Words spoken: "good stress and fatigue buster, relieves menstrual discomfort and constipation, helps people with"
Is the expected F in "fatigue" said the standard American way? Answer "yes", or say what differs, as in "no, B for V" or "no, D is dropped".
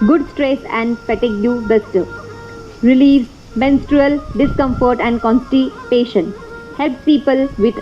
no, P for F